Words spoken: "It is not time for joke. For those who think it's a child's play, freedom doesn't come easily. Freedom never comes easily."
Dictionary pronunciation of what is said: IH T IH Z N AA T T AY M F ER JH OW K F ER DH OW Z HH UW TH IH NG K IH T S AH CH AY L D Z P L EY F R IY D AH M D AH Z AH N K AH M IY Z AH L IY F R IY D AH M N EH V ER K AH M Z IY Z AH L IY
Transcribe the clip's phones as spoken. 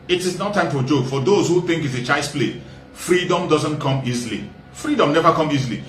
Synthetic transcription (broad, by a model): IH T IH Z N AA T T AY M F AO JH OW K F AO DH OW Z HH UW TH IH NG K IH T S AH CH AY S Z P L EY F R IY D AH M D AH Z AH N K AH M IY Z AH L IY F R IY D AH M N EH V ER K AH M IY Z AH L IY